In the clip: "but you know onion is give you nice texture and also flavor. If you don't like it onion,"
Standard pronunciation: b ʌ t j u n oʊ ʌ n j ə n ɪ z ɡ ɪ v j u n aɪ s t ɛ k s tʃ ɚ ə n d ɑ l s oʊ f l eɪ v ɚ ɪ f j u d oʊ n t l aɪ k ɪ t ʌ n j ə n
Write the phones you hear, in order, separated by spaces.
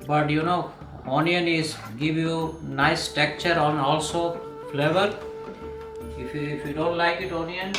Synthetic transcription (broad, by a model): b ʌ t j u n oʊ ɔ n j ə n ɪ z ɡ ɪ v j u n aɪ s t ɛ k tʃ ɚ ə n ɑ l s oʊ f l eɪ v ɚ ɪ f j u d oʊ n t l aɪ k ɪ t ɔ n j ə n